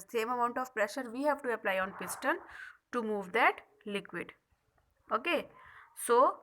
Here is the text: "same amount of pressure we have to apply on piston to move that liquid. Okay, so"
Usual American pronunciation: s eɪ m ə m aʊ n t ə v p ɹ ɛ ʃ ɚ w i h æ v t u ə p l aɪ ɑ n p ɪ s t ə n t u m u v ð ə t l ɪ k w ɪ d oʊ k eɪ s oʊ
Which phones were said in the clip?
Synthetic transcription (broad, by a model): s eɪ m ə m aʊ n t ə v p ɹ ɛ ʃ ɚ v i h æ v t u ə p l aɪ ɑ n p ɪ s t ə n t u m u v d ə t l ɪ k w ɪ d oʊ k eɪ s oʊ